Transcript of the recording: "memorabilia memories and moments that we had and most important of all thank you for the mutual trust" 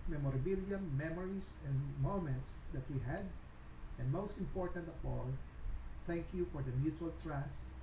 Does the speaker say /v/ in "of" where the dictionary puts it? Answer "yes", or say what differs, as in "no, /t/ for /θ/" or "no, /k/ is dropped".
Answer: no, /p/ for /v/